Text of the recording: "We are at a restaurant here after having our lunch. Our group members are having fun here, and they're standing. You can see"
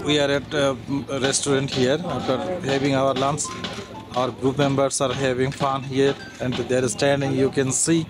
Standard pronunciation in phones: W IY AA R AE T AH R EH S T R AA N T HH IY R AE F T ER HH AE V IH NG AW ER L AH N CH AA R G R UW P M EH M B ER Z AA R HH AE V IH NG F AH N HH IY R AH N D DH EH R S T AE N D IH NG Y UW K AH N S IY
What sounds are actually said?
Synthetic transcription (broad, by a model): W IY AA R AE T R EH S T R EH N T HH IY R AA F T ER HH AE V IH NG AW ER L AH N S AA R G R UW P M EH M B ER S AA R HH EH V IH NG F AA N HH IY R AH N D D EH R S T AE N D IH NG Y UW K AH N S IY